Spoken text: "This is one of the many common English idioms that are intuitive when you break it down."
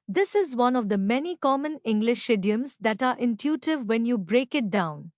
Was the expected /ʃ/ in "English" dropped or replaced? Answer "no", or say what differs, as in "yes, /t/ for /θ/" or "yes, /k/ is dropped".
no